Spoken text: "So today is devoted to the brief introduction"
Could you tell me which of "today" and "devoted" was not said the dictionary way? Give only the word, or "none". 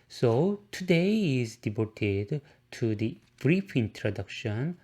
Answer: devoted